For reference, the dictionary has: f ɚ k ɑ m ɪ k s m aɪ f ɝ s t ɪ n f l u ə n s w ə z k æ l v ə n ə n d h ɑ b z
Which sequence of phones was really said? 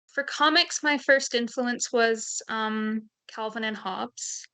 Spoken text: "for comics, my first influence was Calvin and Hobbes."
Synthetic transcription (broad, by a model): f ɚ k ɑ m ɪ k s m aɪ f ɝ s t ɪ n f l u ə n s w ə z k æ l v ə n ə n h ɑ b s